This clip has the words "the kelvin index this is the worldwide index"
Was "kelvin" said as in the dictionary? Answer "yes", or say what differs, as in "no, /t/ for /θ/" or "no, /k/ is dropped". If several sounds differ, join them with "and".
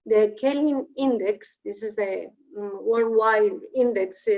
no, /v/ is dropped